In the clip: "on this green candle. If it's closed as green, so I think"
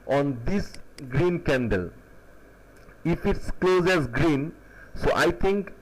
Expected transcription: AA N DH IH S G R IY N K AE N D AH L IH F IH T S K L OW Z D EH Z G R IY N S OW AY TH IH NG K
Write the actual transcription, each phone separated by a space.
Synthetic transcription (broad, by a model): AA N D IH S G R IY N K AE N D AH L IH F IH T S K L OW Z EH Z G R IY N S OW AY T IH NG K